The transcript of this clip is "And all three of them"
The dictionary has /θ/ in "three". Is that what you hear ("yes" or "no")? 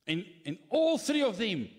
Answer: yes